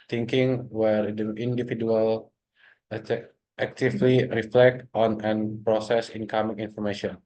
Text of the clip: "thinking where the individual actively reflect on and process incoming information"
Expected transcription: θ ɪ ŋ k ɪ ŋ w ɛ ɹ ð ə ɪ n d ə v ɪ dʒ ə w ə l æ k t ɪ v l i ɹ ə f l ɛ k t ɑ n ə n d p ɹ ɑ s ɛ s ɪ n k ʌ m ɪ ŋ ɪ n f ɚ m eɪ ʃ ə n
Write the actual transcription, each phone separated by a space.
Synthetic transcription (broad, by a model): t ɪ ŋ k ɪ ŋ w ɛ ɹ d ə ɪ n d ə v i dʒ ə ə l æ k t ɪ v l i ɹ ə f l ɛ k t ɑ n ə n p ɹ ɑ s ɛ s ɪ n k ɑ m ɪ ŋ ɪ n f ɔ m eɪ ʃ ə n